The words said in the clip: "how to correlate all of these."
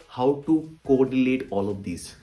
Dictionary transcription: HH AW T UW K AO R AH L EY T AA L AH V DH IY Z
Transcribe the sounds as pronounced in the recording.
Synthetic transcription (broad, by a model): HH AW T UW K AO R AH N EY T AA L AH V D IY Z